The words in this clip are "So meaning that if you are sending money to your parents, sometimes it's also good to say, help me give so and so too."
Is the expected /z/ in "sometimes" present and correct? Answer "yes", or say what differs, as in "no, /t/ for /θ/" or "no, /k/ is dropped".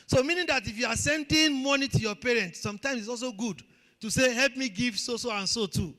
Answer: no, /s/ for /z/